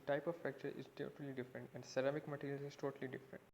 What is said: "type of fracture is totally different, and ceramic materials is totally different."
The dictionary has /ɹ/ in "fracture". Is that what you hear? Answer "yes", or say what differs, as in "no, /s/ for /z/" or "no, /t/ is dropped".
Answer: no, /ɹ/ is dropped